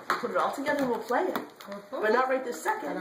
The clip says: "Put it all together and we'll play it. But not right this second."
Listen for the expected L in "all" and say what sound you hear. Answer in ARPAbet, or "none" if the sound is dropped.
L